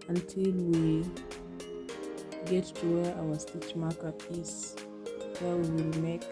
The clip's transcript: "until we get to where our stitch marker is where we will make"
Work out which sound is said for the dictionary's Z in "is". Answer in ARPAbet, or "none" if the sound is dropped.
S